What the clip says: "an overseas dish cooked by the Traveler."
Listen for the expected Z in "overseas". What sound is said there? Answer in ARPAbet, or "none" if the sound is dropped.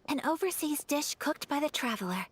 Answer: Z